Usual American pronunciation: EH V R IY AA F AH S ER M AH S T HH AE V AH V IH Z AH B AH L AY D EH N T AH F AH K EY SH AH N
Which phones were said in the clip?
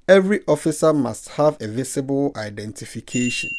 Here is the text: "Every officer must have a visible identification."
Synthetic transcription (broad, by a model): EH V R IY AA F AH S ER M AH S T HH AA V AH V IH S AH B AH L AY D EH N T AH F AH K EY SH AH N